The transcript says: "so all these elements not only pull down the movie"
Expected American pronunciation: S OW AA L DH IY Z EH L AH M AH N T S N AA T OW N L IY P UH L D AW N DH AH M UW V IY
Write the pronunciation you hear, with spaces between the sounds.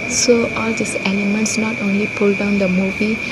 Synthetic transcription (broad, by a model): S OW AA L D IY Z EH L AH M AH N T S N AA T OW N L IY P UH L D AW N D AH M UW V IY